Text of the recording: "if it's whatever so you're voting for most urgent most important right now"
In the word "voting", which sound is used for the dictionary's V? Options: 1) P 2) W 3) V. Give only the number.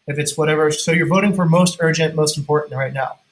3